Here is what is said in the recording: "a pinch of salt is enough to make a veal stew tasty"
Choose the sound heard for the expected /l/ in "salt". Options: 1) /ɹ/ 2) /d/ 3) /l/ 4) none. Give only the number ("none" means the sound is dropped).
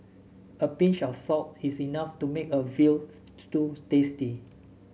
4